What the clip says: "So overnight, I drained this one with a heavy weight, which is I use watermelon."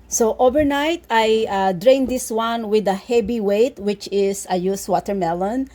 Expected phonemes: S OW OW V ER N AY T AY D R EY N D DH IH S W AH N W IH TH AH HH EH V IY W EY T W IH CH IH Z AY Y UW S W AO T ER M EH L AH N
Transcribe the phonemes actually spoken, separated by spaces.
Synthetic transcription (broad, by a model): S OW OW V ER N AY T AY D R EY N D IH S W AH N W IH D AH HH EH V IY W EY T W IH CH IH S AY Y UW S W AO T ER M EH L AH N